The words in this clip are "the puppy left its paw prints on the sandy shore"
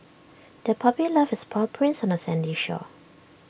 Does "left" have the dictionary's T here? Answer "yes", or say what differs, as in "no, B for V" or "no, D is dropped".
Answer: no, T is dropped